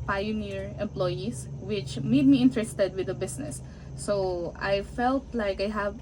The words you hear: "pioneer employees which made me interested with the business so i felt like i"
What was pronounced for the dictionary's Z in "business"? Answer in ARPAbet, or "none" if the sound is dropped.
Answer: S